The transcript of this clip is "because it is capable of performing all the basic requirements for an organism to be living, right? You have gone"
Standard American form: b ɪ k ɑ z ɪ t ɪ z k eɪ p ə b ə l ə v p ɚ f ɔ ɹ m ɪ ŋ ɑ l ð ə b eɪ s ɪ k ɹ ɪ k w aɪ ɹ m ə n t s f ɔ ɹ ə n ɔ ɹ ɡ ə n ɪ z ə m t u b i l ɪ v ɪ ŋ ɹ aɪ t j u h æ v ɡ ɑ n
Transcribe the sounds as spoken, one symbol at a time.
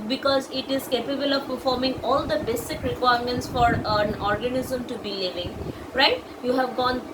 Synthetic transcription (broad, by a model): b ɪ k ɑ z ɪ t ɪ z k eɪ p ə b ə l ə v p ɚ f ɔ ɹ m ɪ ŋ ɑ l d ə b eɪ s ɪ k ɹ ɪ k w aɪ ɹ m ə n t s f ɔ ɹ ə n ɔ ɹ ɡ ə n ɪ z ə m t u b i l ɪ v ɪ ŋ ɹ aɪ t j u h æ v ɡ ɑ n